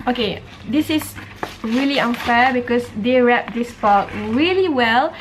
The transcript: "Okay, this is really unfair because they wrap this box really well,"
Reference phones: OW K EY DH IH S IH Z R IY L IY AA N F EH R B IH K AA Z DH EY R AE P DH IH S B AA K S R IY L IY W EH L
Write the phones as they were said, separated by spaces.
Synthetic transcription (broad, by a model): OW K EY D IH S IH S R IY L IY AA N F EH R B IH K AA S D EY R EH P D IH S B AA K R IY L IY W EH L